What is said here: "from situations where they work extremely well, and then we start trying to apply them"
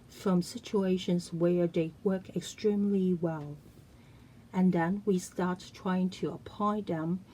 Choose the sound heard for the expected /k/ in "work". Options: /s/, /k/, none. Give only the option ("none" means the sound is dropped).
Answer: /k/